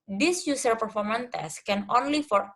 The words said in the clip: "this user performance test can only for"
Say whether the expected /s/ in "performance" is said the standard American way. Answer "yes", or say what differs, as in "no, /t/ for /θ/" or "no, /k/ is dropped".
no, /s/ is dropped